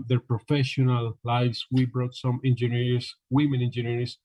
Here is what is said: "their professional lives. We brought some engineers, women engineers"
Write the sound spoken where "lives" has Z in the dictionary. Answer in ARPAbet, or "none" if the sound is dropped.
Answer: S